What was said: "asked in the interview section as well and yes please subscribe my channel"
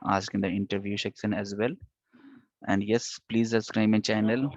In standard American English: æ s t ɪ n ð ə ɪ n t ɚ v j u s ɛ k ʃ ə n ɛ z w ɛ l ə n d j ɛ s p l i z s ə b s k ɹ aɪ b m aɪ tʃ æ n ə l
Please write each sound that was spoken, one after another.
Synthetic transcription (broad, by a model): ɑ s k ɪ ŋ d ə ɪ n t ɚ v j u ʃ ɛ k s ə n ɛ z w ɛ l ə n d j ɛ s p l i z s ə s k ɹ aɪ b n tʃ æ n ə l